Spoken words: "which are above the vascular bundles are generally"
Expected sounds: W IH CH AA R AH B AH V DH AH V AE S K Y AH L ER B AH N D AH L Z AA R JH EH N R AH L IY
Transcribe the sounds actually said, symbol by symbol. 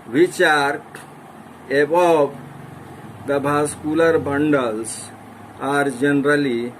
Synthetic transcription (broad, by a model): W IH CH AA R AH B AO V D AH B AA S K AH L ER B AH N D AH L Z AA R JH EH N R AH L IY